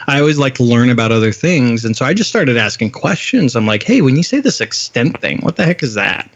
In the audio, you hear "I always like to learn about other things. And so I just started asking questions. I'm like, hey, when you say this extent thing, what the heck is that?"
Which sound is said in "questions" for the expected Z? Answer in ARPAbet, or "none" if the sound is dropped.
Z